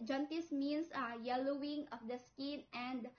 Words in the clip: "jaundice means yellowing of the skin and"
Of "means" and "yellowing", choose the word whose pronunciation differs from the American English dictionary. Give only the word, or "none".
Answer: means